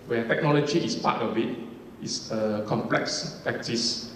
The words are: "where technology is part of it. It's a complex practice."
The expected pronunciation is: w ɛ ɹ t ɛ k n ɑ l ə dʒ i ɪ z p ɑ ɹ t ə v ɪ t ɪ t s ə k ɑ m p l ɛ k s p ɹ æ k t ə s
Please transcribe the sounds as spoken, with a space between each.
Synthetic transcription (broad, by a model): w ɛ t ɛ k n ɑ l ə dʒ i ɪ s p ɑ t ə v ɪ t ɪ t s ə k ɑ m p l ɛ k s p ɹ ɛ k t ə s